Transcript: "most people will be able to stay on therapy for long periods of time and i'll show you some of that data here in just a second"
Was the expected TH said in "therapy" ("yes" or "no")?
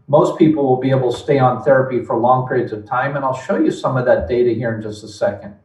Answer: yes